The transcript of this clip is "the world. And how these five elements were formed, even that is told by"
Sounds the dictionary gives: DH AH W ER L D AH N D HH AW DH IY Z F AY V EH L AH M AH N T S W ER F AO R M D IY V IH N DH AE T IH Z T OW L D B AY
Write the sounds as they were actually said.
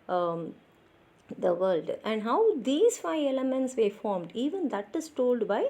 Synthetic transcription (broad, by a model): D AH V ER L D AH N D HH AW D IY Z F AY V EH L AH M AH N T S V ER F AO R M D IY V IH N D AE T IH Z T OW L D B AY